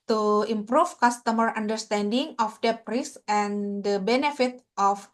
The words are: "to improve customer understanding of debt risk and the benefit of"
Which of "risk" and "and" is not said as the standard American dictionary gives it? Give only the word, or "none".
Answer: risk